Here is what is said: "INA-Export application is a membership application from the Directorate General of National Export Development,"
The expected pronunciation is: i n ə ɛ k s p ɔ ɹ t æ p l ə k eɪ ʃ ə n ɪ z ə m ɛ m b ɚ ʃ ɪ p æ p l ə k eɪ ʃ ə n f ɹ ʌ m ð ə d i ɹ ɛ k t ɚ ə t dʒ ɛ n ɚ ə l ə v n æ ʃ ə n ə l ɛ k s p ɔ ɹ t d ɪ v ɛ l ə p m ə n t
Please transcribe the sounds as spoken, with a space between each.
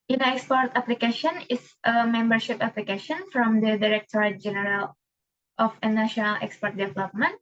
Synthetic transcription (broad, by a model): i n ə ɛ k s p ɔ ɹ t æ p l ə k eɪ ʃ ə n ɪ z ə m ɛ m b ɚ ʃ ɪ p æ p l ə k eɪ ʃ ə n f ɹ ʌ m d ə d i ɹ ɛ k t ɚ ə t dʒ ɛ n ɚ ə l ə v n æ ʃ ə n ə l ɛ k s p ɔ ɹ t d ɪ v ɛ l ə p m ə n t